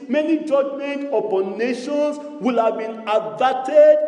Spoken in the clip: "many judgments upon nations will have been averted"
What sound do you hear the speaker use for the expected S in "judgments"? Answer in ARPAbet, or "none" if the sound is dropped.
none